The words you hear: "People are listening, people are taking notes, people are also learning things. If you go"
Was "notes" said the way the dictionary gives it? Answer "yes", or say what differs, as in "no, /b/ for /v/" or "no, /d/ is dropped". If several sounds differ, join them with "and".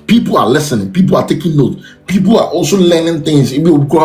no, /s/ is dropped